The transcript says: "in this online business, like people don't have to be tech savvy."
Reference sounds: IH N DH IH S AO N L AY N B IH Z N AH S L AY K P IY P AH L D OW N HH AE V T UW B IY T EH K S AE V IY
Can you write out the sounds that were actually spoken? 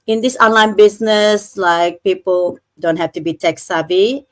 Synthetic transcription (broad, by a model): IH N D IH S AO N L AY N B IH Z N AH S L AY K P IY P AH L D OW N HH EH F T UW B IY T EH K S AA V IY